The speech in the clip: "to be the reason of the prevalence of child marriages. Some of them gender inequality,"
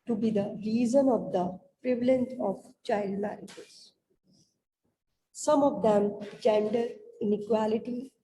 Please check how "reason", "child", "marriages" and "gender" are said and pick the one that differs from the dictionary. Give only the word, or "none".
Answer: marriages